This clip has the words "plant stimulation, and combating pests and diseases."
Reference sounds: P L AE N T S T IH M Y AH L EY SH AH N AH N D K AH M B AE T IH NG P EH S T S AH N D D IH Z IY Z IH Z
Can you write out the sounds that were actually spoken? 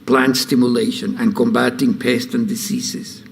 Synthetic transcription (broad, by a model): P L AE N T S T IH M Y AH L EY SH AH N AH N K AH M B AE T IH NG P EH S T S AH N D D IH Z IY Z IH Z